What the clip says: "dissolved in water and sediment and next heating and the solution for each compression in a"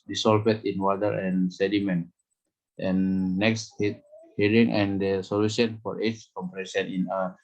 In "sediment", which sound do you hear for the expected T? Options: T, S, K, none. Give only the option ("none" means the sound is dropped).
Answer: T